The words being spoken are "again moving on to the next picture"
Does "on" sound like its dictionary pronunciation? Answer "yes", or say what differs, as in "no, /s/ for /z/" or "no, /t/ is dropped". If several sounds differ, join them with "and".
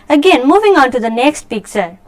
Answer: yes